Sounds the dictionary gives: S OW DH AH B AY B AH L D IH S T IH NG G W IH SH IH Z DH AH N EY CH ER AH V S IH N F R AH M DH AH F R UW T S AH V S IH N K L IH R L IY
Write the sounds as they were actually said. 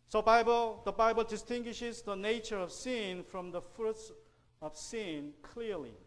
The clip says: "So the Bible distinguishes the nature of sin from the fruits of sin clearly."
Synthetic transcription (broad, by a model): S OW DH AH B AY B AH L D IH S T IH NG G W IH SH IH Z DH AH N EY CH ER AH V S IH N F R AH M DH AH F R UW T S AH V S IH N K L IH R L IY